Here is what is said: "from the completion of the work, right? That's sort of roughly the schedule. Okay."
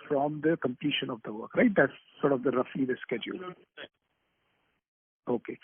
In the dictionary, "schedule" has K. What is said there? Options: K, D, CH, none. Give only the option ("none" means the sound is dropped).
K